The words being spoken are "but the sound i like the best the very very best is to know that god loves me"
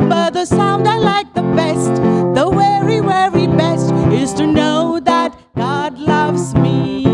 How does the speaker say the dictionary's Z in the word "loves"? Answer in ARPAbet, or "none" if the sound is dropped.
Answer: Z